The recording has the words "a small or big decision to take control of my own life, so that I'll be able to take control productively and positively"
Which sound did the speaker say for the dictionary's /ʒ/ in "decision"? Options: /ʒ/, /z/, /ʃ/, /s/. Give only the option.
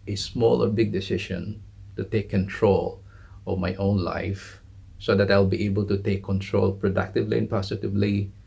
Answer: /ʃ/